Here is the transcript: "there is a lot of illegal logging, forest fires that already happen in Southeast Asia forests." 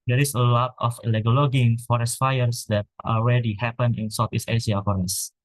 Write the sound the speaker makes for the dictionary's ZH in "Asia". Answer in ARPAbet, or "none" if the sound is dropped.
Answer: S